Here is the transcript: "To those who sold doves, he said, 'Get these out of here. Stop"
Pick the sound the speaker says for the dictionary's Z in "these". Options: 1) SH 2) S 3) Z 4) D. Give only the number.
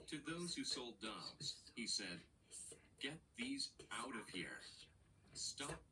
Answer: 3